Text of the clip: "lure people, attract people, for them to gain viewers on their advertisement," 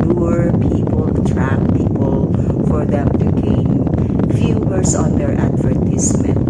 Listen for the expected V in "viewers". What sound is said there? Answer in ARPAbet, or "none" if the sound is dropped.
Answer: F